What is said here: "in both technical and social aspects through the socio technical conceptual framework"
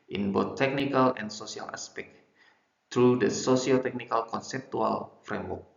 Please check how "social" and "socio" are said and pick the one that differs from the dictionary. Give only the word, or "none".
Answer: social